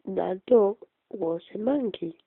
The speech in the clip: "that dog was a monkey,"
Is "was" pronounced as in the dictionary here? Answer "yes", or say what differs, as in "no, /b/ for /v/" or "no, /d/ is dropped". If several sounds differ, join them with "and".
no, /s/ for /z/